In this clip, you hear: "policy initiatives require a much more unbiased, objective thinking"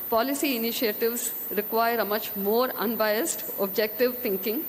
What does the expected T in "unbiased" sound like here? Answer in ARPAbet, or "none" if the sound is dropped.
T